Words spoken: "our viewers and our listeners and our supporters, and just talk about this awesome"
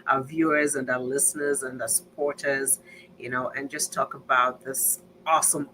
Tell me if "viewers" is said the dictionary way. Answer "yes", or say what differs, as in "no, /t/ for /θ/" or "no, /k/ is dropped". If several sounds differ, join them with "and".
yes